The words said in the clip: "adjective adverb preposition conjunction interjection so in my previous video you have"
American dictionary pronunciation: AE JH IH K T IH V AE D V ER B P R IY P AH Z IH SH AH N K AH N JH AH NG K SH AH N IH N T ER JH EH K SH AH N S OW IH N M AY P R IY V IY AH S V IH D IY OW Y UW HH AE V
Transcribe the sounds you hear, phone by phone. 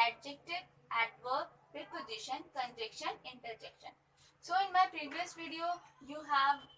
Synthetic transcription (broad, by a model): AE JH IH K T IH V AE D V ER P R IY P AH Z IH SH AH N K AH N JH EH K SH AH N IH N T ER JH EH K SH AH N S OW IH N M AY P R IY V IY AH S V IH D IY OW Y UW HH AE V